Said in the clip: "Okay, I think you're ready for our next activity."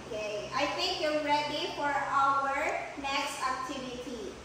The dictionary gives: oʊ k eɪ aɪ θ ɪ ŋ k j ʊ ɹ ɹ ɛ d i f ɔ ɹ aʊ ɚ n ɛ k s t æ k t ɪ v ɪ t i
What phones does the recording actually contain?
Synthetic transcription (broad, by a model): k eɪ aɪ t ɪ ŋ k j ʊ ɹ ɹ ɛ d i f ɔ ɹ aʊ ɚ n ɛ k s t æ k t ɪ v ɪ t i